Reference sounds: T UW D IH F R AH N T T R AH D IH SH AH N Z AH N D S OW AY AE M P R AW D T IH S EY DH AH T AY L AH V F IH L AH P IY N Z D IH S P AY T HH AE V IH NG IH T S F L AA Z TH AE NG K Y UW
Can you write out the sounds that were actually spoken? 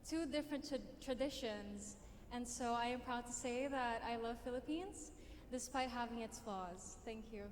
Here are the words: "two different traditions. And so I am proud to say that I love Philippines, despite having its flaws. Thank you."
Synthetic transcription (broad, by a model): T UW D IH F R AH N T T R AH D IH SH AH N Z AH N S OW AY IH M P R AW D T IH S EY DH AH T AY L AH V F IH L AH P IY N Z D IH S P AY T HH AE V IH NG IH T S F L AA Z TH AE NG K Y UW